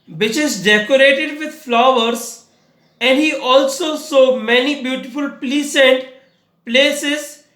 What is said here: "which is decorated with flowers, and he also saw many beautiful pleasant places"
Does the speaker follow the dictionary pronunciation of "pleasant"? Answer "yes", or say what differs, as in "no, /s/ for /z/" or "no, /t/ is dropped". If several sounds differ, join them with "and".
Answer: no, /s/ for /z/